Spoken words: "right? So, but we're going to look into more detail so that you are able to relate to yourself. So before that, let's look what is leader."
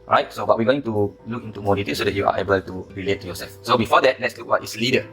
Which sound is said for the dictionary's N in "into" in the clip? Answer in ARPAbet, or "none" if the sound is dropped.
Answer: N